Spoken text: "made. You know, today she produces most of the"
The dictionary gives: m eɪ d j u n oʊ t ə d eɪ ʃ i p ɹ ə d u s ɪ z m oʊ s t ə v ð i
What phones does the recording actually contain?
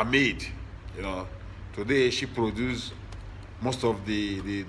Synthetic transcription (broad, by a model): m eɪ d j u n oʊ t ə d eɪ ʃ i p ɹ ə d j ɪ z m oʊ s t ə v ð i